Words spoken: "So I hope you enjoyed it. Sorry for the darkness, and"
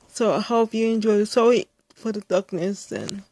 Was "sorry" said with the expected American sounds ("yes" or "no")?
no